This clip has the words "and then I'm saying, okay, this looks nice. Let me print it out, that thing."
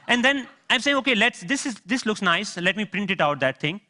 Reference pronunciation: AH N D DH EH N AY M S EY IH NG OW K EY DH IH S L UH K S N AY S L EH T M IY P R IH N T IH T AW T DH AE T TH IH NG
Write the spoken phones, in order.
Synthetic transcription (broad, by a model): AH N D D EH N AY M S EY IH NG OW K EY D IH S L UH K S N AY S L EH T M IY P R IH N T IH T AW T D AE T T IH NG